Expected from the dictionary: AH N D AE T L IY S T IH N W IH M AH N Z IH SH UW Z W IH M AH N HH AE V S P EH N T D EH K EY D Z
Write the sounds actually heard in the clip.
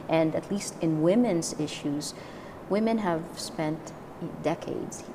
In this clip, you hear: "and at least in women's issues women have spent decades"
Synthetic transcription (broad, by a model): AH N D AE T L IY S T IH N W IH M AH N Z IH SH UW Z W IH M AH N HH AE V S P EH N T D EH K EY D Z